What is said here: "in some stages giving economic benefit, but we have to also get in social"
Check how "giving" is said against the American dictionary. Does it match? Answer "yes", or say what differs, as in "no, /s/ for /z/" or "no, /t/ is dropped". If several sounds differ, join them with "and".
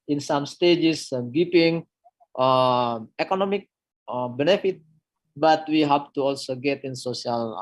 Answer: no, /p/ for /v/